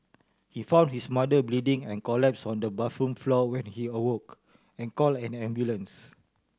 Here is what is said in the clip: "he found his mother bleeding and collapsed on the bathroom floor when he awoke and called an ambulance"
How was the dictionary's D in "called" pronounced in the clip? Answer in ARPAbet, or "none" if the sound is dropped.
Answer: none